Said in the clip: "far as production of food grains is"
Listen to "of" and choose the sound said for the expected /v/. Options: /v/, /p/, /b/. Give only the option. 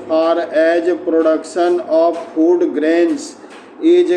/p/